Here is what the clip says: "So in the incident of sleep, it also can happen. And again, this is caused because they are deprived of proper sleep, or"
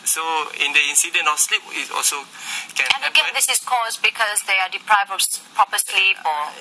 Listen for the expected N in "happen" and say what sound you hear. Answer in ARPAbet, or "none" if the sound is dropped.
none